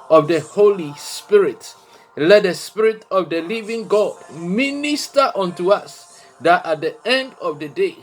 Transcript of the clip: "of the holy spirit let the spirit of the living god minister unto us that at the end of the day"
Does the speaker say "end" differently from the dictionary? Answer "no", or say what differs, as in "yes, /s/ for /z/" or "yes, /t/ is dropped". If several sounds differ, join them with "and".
no